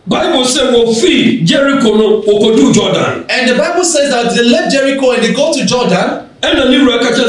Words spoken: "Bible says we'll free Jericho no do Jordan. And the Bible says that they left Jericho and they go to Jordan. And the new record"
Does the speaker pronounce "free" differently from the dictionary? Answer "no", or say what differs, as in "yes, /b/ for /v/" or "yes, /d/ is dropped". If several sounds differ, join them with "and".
yes, /ɹ/ is dropped